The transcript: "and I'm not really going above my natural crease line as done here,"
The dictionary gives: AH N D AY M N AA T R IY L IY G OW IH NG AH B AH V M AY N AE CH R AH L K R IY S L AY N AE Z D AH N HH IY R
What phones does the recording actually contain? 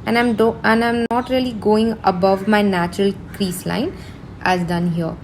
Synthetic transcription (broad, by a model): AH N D AY M N AA T R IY L IY G OW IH NG AH B AH V M AY N AE CH R AH L K R IY S L AY N AE Z D AH N HH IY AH